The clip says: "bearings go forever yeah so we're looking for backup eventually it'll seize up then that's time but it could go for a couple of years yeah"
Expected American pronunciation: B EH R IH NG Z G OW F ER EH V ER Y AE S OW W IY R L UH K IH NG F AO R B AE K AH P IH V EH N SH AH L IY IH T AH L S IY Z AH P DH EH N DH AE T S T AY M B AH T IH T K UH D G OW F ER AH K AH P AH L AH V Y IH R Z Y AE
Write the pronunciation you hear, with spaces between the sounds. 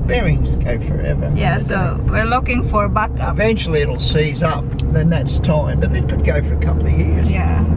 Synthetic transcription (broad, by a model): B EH R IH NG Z G OW F ER EH V ER Y AE S OW W IY R L UH K IH NG F AO R B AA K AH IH V EH N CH L IY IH T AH L S IY Z AH P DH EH N DH AE T S T AY M B AH T IH T K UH D G OW F ER AH K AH P L AH V Y IH R Z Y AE